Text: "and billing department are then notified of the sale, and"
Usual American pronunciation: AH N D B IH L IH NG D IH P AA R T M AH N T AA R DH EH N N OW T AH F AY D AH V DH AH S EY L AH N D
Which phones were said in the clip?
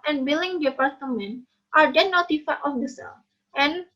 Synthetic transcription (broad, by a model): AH N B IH L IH NG D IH P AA R T M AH N T AA R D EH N N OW T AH F AY AH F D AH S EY L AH N